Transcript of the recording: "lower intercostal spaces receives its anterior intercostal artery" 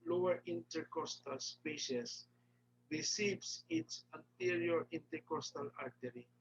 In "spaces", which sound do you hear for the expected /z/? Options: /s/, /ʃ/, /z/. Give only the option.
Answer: /s/